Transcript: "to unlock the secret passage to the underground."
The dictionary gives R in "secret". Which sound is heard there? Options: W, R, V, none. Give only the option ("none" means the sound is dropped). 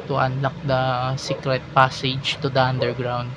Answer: R